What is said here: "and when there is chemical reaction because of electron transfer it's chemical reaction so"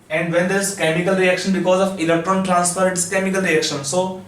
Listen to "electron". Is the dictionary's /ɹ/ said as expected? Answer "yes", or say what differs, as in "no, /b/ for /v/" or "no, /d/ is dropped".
yes